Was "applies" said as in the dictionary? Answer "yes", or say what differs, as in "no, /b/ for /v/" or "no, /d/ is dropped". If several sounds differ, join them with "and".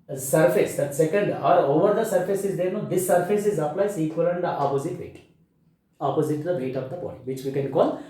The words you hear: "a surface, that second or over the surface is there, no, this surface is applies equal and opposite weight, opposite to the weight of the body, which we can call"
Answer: no, /s/ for /z/